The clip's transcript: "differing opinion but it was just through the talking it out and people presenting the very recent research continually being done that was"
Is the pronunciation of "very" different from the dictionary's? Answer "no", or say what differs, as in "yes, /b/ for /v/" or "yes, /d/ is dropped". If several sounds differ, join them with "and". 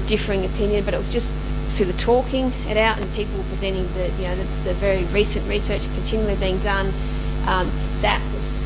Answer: no